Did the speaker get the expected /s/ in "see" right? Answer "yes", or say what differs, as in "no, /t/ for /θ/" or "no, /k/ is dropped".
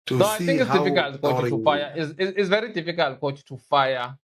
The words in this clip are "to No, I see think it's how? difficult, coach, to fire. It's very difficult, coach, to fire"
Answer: no, /θ/ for /s/